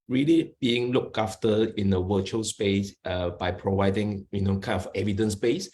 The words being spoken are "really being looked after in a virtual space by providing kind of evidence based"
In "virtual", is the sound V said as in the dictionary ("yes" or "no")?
no